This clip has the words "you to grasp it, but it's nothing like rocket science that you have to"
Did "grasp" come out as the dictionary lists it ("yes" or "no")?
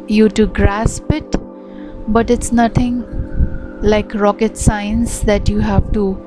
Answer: yes